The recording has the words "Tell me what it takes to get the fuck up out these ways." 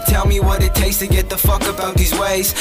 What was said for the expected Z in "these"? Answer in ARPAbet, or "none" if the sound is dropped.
Z